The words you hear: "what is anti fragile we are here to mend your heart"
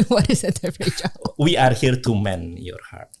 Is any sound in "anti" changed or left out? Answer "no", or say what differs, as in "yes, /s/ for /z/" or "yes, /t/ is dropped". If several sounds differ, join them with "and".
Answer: yes, /n/ is dropped